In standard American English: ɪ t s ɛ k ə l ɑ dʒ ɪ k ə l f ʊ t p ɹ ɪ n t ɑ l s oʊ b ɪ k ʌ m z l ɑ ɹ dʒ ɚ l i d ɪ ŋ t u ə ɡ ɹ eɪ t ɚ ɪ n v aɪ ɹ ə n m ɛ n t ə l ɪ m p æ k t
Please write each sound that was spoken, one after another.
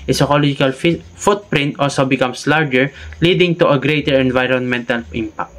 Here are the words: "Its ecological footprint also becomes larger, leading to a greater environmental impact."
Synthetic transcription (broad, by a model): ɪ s ɛ k ə l ɑ dʒ ɪ k ə l f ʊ t p ɹ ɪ n t ɑ l s oʊ b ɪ k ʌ m s l ɑ ɹ dʒ ɚ l i d ɪ ŋ t u ə ɡ ɹ eɪ t ɚ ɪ n v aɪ ɹ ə n m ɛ n t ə l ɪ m p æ k t